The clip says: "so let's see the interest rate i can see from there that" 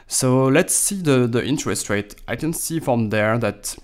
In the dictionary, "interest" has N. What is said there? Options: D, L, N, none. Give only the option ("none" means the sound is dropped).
N